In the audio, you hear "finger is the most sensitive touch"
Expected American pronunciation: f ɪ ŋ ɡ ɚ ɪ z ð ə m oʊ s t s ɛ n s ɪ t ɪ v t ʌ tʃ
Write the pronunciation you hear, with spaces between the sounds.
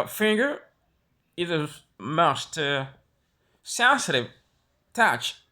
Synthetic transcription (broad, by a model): f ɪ ŋ ɡ ɚ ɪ ð ə m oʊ s t s ɛ n s ɪ t ɪ v t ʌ tʃ